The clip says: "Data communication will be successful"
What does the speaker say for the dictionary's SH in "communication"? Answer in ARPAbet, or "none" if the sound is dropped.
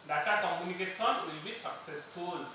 S